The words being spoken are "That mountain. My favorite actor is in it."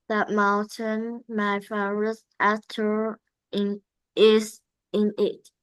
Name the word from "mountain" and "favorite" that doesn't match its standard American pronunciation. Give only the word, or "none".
favorite